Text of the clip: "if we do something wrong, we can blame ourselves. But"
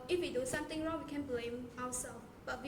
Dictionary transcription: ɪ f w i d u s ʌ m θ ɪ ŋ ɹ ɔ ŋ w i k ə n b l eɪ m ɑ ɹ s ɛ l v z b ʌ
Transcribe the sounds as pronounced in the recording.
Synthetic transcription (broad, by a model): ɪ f w i d u s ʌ m t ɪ ŋ ɹ ɔ ŋ w i k ə n b l eɪ m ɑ w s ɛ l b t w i